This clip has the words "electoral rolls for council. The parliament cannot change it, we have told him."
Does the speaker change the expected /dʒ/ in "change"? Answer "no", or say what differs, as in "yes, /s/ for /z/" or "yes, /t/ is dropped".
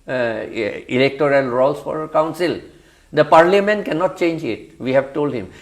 no